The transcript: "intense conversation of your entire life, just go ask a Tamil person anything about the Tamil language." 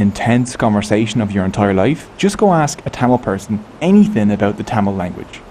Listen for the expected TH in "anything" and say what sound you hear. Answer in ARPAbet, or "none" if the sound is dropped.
TH